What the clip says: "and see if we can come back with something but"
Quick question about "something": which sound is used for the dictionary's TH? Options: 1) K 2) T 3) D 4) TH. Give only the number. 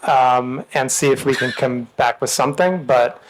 4